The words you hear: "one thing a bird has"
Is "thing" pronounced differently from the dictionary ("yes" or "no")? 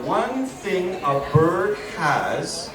no